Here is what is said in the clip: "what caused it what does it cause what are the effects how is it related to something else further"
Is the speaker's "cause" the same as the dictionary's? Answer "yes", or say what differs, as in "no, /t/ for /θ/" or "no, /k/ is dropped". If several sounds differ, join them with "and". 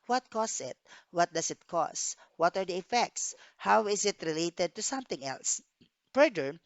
no, /s/ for /z/